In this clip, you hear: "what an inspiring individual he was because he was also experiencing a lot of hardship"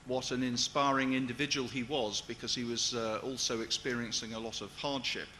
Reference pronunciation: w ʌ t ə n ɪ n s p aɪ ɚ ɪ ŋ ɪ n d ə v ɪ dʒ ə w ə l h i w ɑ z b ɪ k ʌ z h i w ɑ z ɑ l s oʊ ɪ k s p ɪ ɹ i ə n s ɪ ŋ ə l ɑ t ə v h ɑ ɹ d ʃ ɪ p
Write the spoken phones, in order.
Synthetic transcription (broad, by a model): w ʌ t ə n ɪ n s p aɪ ɚ ɪ ŋ ɪ n d ə v ɪ dʒ ə w ə l i w ɑ z b ɪ k ʌ z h i w ɑ z ɑ l s oʊ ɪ k s p ɪ ɹ i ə n s ɪ ŋ ə l ɑ t ə v h ɑ ɹ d ʃ ɪ p